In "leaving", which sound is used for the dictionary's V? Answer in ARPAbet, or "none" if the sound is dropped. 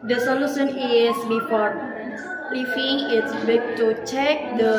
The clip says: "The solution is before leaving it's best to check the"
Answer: F